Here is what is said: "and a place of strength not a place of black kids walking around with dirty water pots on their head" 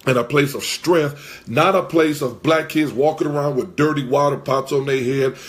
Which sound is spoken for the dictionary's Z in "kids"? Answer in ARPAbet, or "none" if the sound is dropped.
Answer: Z